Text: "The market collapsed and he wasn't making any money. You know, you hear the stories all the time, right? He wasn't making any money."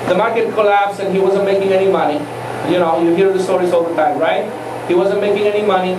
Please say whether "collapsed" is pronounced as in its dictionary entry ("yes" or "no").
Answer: no